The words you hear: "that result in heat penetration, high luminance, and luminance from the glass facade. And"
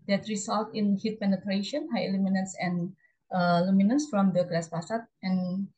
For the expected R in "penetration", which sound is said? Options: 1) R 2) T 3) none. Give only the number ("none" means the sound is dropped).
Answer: 1